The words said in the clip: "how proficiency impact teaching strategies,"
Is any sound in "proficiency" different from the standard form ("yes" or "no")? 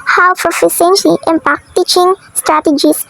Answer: yes